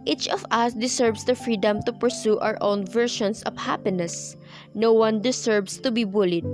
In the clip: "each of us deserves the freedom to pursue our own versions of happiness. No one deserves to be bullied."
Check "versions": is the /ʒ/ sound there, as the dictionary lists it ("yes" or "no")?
no